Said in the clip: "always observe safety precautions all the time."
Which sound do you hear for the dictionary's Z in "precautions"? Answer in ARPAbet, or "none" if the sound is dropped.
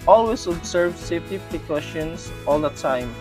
S